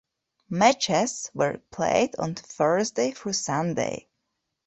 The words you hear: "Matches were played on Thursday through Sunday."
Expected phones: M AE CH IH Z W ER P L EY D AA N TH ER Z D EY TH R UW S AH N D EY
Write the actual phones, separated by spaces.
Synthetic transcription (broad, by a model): M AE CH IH S W ER P L EY D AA N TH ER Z D EY F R S AH N D EY